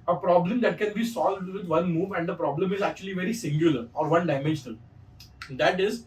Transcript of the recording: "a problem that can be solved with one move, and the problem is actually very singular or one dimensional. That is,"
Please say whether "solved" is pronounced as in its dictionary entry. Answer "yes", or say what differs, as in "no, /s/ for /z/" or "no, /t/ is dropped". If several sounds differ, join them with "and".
yes